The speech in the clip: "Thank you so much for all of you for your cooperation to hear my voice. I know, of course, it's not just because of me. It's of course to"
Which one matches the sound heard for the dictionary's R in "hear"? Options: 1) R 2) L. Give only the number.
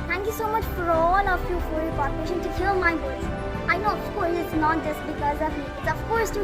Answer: 2